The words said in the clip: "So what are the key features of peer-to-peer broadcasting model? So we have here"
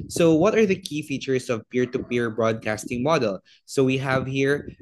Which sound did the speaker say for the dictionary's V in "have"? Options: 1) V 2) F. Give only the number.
1